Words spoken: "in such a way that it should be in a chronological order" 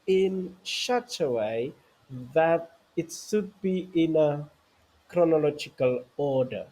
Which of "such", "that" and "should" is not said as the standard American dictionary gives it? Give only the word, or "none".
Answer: such